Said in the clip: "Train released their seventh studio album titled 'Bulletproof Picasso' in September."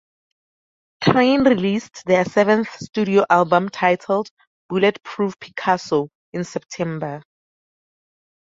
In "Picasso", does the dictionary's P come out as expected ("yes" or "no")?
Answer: yes